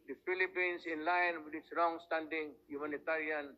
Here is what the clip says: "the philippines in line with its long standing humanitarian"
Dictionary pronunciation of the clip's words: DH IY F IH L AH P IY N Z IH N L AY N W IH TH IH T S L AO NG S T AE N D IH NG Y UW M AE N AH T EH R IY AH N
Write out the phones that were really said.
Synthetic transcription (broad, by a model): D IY F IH L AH P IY N S IH N L AY N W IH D IH T S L AO NG S T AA N D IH NG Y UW M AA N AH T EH R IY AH N